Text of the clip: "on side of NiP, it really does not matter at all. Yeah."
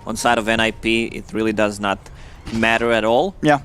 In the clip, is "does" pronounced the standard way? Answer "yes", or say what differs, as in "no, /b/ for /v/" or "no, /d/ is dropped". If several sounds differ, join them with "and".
yes